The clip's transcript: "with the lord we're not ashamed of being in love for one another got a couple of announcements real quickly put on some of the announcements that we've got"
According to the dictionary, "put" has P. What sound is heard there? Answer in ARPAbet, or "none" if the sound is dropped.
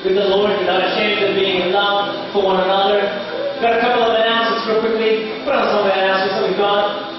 B